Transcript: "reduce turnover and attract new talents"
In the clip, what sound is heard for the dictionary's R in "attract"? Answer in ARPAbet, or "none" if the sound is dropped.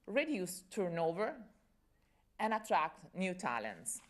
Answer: R